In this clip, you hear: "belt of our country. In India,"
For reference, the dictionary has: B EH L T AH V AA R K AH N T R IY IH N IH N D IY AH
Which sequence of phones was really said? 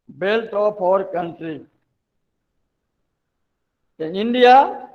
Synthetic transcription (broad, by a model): B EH L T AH P AA R K AH N T R IY IH N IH N D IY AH